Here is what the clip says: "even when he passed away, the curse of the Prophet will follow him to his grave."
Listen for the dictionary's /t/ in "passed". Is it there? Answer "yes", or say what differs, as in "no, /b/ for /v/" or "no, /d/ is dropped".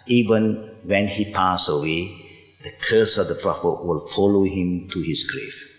no, /t/ is dropped